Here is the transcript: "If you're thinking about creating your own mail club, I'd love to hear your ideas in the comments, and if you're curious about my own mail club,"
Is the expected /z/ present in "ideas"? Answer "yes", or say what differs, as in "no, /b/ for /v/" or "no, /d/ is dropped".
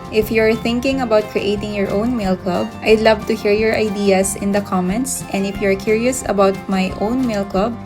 no, /s/ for /z/